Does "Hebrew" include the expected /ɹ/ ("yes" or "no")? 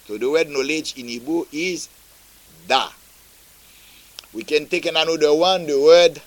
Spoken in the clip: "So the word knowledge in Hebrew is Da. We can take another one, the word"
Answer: no